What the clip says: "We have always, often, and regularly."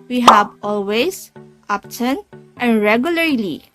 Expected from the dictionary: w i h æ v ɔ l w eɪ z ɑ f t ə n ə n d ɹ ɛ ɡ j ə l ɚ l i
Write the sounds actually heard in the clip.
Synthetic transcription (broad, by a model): w i h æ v ɔ l w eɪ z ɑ p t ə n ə n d ɹ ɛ ɡ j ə l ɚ l i